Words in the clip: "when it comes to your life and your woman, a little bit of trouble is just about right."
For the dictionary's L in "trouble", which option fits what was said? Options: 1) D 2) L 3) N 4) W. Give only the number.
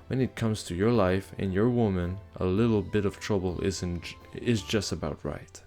3